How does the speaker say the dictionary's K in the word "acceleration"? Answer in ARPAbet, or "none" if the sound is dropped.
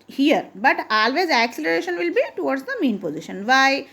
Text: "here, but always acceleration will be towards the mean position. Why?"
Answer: K